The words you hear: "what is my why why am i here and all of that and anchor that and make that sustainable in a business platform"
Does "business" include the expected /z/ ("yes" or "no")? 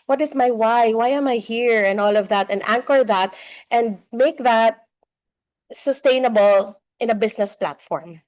no